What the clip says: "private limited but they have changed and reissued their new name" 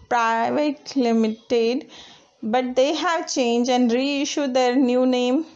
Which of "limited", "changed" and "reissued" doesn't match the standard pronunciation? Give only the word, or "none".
changed